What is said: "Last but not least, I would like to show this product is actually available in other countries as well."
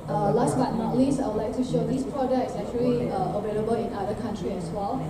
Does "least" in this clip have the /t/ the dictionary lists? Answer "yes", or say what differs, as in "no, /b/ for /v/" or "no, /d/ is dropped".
no, /t/ is dropped